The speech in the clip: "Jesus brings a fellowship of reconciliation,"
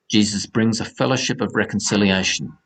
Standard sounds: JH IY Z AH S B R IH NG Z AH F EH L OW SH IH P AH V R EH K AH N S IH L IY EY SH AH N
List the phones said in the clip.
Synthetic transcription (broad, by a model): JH IY Z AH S B R IH NG Z AH F EH L OW SH IH P AH V R EH K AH N S IH L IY EY SH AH N